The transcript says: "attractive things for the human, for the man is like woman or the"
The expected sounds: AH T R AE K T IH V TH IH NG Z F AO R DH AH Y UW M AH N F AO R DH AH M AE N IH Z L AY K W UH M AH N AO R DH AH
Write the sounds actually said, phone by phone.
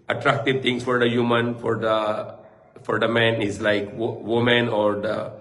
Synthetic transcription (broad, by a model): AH T R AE K T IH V T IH NG S F AO R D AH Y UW M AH N F AO R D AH M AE N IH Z L AY K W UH M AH N AO R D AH